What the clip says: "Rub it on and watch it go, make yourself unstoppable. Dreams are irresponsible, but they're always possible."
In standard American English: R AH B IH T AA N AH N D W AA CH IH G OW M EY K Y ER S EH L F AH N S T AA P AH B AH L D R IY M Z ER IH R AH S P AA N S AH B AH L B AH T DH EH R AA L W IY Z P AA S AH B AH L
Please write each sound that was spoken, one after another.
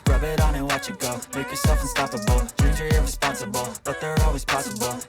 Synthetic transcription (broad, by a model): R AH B IH T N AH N W AA CH IH G OW M EY K Y ER S EH L F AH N S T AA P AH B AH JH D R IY Z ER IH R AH S P AA N S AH B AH L B AH T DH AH R AA L W IY Z P AA S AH B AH L